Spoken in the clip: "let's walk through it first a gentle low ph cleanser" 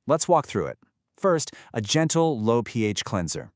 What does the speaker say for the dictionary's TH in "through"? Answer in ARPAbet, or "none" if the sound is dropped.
TH